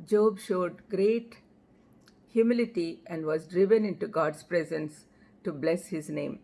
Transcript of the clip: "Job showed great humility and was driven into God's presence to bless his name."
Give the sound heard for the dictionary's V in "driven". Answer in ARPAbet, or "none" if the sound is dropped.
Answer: V